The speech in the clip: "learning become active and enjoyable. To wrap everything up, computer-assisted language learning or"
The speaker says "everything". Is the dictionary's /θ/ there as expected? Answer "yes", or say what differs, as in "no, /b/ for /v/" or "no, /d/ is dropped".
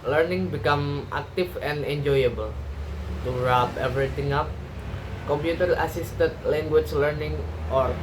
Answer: no, /t/ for /θ/